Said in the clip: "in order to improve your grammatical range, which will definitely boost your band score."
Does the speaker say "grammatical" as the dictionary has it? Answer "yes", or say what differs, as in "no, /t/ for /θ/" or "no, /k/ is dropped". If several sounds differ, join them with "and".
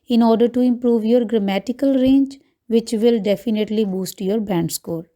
yes